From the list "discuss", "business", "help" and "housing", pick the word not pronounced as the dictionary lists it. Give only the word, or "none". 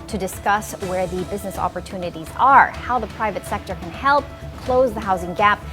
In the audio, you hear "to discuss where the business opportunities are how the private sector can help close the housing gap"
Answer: none